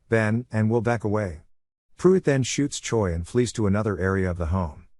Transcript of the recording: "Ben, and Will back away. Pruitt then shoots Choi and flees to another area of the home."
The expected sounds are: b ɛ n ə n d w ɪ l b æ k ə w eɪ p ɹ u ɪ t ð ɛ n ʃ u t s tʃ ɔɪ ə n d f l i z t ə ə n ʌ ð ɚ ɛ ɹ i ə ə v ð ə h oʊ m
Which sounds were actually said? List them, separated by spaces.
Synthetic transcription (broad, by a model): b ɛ n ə n w ɪ l b æ k ə w eɪ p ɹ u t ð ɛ n ʃ u t s tʃ ɔɪ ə n f l i z t ə ə n ʌ ð ɚ ɛ ɹ i ə ə v ð ə h oʊ m